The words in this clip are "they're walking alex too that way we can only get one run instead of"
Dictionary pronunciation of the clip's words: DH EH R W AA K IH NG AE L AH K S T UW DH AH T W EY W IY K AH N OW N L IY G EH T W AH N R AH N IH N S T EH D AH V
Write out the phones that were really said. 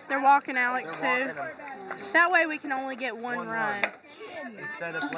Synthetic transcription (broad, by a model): DH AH R W AA K IH NG AE L AH K S T UW DH AH T W EY W IY K AH N OW N L IY G EH T W AH N R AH IH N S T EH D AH